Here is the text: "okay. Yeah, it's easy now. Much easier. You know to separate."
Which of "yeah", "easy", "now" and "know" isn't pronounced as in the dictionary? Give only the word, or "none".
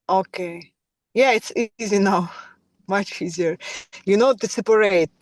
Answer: none